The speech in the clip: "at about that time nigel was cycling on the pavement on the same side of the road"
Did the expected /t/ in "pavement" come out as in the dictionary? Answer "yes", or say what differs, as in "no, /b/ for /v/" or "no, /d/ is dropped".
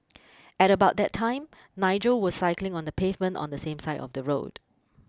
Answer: yes